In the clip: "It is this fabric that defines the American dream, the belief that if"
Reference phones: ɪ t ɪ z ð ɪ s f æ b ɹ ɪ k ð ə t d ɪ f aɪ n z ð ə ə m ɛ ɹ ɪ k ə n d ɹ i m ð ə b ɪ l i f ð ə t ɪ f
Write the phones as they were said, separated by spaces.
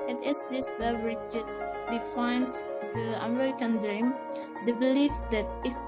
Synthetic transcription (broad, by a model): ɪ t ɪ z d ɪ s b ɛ ɹ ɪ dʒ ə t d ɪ f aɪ n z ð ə ə m ɛ ɹ ɪ k ə n d ɹ i m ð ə b ɪ l i f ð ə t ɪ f